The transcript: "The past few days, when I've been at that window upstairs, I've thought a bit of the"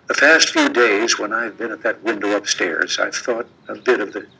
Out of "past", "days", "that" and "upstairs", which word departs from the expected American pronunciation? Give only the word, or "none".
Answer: past